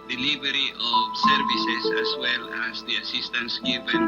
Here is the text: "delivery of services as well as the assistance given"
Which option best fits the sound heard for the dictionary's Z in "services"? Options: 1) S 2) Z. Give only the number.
1